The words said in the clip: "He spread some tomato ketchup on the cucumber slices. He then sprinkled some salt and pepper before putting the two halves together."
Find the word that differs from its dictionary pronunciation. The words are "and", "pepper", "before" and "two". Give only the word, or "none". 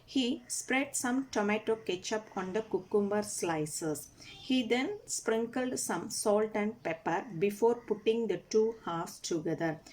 none